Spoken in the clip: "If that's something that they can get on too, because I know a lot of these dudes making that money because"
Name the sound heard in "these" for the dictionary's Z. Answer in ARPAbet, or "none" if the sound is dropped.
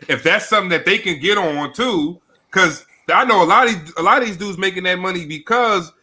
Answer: Z